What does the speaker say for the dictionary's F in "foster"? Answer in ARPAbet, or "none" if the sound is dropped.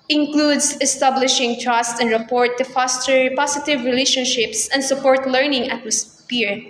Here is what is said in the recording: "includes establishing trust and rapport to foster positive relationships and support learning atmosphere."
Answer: P